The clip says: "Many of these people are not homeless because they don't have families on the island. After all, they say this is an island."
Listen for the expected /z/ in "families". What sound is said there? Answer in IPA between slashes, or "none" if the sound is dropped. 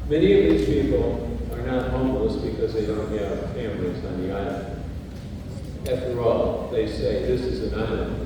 /z/